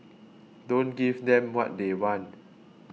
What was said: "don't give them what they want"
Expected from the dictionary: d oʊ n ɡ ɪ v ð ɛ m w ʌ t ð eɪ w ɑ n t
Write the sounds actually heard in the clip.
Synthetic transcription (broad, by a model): d oʊ n ɡ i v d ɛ m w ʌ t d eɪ w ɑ n